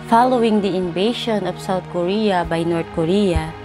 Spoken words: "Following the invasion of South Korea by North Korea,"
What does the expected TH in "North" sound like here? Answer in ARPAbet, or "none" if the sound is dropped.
T